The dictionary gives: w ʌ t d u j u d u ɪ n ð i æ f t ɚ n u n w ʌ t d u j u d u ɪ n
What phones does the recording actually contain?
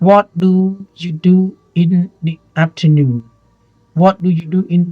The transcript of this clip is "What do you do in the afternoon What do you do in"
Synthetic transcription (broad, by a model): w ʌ t d u j u d u ɪ n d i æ p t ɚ n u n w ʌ t d u j u d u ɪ n